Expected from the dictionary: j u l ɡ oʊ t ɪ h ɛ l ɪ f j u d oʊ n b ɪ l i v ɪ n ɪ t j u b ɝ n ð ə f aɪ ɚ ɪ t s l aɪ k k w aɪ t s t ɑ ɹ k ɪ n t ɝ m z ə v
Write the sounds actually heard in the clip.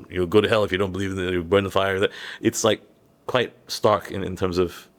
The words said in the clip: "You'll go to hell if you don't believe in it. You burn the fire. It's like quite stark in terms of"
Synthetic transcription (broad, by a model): j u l ɡ oʊ t ɪ h ɛ l ɪ f j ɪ d oʊ n b ɪ l i v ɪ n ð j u b ɝ n ð ə f aɪ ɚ ɪ t s l aɪ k k w aɪ t s t ɑ ɹ k ɪ n t ɝ m z ə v